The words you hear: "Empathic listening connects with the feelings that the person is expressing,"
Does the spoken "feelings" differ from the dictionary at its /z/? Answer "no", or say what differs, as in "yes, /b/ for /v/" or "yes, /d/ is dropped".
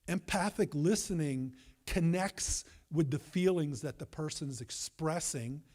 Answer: no